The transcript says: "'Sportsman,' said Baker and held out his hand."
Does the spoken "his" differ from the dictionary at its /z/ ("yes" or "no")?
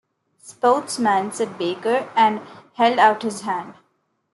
no